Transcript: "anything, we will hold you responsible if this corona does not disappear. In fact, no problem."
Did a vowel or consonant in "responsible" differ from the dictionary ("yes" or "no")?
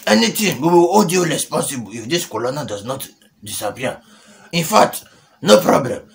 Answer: yes